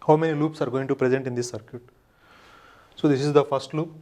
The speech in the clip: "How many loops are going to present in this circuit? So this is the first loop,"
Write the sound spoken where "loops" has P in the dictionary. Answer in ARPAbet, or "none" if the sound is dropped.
P